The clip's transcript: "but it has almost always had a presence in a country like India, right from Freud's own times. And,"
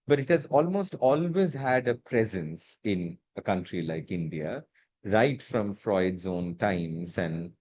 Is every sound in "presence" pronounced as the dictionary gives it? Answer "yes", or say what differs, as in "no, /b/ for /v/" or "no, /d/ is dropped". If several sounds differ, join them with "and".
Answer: yes